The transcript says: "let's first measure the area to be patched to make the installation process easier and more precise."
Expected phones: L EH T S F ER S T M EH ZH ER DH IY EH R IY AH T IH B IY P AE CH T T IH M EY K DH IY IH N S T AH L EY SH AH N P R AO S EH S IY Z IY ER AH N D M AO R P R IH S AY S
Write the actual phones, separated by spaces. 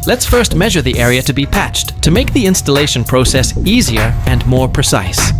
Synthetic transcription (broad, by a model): L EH T S F ER S T M EH ZH ER DH IY EH R IY AH T IH B IY P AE CH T T IH M EY K DH IY IH N S T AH L EY SH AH N P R AO S EH S IY Z IY ER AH N M AO R P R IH S AY S